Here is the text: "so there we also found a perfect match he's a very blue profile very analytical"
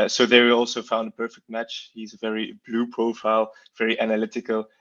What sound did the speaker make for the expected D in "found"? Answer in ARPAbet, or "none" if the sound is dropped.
D